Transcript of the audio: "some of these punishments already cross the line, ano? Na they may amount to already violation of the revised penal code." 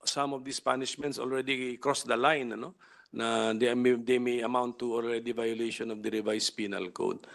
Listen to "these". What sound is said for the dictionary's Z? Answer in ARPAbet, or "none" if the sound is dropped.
S